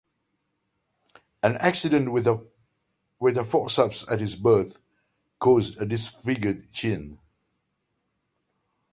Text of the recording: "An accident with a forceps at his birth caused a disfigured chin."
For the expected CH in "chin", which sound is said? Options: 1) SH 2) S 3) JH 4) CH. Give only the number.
4